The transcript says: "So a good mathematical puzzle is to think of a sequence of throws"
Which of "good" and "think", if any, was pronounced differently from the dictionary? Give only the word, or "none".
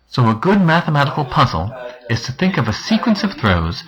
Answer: none